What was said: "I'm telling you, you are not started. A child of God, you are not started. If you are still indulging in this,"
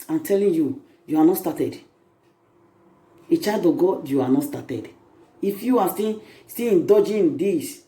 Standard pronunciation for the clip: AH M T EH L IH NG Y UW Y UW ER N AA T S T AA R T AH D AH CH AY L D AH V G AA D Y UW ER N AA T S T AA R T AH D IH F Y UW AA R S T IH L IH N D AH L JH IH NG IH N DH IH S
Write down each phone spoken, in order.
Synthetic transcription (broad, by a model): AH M T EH L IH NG Y UW Y UW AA N AA T S T AA T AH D AH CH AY D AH G AA D Y UW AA N AA T S T AA T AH D IH F Y UW AA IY S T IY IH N D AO JH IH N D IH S